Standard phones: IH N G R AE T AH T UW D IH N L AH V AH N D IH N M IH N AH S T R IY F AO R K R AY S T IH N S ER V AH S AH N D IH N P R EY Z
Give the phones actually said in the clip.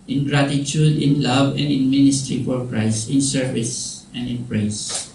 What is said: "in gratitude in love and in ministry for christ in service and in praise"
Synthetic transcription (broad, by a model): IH N G R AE T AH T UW D IH N L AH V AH N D IH N M IH N AH S T R IY F AO R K R AY S IH N S ER V AH S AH N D IH N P R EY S